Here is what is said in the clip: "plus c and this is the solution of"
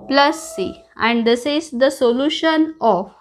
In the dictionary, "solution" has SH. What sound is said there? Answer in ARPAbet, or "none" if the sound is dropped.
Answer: SH